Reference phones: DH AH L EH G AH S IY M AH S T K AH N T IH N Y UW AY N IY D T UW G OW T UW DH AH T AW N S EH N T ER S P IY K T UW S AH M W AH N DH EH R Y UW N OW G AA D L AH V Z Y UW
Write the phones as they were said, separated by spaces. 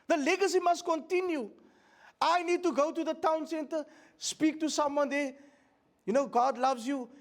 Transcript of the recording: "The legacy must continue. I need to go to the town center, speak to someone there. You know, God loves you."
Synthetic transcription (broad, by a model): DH AH L EH G AH S IY M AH S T K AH N T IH N Y UW AY N IY D T UW G OW T UW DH AH T AW N S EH N T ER S P IY K T UW S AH M W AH N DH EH Y UW N OW G AA D L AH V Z Y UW